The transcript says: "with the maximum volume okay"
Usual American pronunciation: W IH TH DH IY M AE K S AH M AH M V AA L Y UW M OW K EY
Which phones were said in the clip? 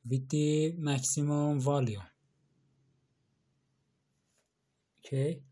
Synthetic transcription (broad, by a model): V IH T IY M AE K S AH M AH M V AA L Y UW OW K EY